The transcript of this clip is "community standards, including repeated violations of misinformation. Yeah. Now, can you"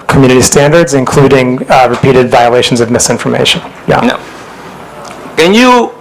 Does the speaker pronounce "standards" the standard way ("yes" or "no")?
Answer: yes